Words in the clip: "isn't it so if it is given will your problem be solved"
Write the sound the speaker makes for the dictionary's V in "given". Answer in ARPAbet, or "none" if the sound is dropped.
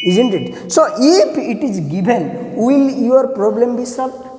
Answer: B